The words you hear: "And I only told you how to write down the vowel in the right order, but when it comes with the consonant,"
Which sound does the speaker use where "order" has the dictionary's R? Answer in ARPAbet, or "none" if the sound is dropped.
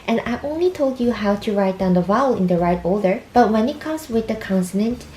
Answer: L